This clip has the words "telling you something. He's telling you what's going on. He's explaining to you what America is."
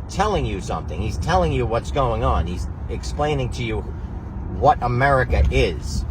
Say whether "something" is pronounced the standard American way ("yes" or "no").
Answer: yes